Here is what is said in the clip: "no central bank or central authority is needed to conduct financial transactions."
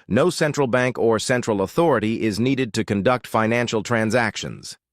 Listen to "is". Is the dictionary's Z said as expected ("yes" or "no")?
yes